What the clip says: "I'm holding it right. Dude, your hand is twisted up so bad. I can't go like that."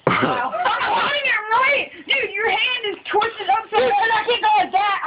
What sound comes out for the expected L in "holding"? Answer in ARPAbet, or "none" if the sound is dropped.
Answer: none